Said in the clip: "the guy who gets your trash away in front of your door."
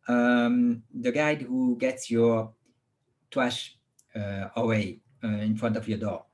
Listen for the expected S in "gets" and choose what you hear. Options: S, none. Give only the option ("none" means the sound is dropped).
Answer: S